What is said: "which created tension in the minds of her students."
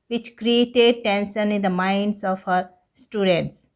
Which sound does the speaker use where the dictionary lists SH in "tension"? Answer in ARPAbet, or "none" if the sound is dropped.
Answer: S